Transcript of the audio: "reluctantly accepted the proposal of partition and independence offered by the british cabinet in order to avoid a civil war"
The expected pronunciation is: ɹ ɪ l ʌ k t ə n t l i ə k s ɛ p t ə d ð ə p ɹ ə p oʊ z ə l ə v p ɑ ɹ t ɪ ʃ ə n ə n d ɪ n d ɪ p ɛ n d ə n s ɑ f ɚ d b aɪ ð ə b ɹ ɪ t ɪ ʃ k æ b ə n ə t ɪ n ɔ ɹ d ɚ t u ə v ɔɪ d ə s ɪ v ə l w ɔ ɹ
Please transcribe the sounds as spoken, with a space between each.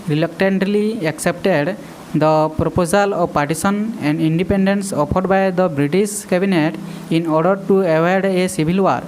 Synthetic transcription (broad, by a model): ɹ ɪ l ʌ k t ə n t l i ə k s ɛ p t ə d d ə p ɹ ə p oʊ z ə l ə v p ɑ ɹ t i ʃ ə n ə n d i n d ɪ p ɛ n d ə n s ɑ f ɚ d b aɪ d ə b ɹ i t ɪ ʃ k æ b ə n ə t ɪ n ɔ ɹ d ɚ t u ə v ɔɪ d ə s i b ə l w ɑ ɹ